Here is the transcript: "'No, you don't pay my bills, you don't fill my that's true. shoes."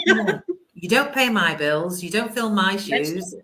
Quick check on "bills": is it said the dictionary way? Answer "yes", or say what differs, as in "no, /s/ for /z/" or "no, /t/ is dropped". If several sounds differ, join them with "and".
yes